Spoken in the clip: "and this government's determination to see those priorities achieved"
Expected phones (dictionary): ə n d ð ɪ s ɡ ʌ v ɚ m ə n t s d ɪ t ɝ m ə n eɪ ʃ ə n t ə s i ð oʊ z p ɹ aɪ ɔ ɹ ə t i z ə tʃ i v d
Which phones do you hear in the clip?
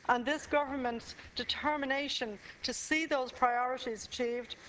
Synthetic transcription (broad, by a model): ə n ð ɪ s ɡ ʌ v ɚ m ə n t s d ɪ t ɝ m ə n eɪ ʃ ə n t ə s i ð oʊ z p ɹ aɪ ɔ ɹ ə t i z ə tʃ i v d